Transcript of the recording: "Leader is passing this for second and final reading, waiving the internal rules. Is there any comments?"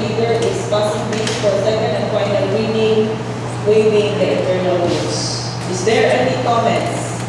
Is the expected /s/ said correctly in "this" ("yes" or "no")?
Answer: no